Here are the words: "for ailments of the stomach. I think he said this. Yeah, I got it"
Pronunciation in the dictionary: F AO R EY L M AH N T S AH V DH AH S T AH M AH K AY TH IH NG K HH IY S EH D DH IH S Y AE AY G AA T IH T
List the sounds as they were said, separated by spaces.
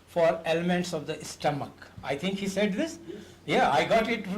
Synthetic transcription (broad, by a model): F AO R EY L M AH N T S AH V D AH S T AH M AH K AY T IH NG K HH IY S EH D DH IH S Y AE AY G AA T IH T